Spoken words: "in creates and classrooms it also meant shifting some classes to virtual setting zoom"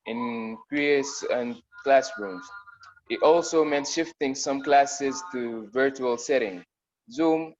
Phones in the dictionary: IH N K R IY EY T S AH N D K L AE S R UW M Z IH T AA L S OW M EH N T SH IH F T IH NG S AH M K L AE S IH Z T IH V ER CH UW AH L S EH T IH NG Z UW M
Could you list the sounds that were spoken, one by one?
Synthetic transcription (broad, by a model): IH N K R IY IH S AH N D K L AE S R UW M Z IH T AA L S OW M EH N T SH IH F T IH NG S AH M K L AE S IH Z T IH V ER CH UW AH L S EH T IH NG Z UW M